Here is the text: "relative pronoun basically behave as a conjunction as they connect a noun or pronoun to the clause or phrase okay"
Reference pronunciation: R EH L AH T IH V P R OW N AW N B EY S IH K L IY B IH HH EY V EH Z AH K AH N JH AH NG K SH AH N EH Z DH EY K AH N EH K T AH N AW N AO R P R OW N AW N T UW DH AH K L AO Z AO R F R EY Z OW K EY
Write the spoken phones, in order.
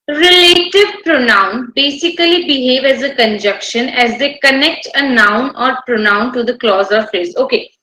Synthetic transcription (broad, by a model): R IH L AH T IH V P R OW N AW N B EY S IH K L IY B IH HH EY V EH Z AH K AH N JH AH K SH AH N EH Z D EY K AH N EH K T AH N AW N AO R P R OW N AW N T UW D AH K L AO Z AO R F R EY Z OW K EY